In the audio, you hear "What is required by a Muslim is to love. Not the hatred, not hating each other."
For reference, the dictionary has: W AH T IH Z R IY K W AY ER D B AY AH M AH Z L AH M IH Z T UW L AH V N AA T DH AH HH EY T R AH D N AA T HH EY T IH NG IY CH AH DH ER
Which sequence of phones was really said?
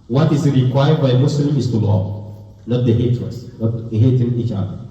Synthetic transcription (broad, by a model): W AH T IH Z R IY K W AY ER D B AY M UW S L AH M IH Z T UW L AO N AA T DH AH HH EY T AH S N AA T HH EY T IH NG IY CH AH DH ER